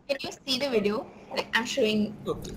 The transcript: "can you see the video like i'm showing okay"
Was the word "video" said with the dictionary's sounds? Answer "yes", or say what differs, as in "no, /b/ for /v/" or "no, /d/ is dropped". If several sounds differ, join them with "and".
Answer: yes